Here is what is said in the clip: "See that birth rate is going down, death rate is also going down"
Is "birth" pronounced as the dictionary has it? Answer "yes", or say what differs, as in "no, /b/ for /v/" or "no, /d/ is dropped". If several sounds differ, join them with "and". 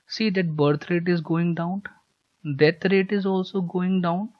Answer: no, /t/ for /θ/